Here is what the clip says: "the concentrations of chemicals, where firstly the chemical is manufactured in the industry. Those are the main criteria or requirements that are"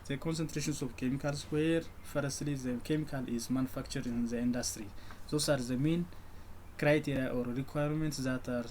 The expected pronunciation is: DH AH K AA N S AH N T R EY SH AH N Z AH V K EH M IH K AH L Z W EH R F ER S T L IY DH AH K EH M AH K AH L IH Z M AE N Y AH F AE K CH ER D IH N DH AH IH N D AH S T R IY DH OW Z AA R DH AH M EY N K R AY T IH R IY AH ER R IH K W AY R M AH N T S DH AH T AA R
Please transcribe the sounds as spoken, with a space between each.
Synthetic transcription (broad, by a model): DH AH K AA N S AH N T R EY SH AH N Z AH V K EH M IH K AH L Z W EH R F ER S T L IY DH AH K EH M AH K AH L IH Z M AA N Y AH F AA K CH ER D IH N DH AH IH N D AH S T R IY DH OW S AA R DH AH M EY N K R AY T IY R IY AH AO R IH K W AY R M AH N T S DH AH T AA R